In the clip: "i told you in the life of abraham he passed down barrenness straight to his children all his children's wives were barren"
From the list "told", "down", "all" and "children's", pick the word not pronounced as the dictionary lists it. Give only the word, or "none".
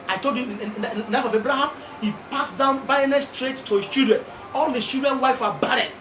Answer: children's